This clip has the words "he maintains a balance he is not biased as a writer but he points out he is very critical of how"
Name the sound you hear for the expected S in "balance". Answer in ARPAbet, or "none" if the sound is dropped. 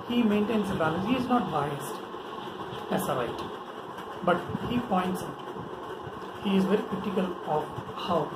none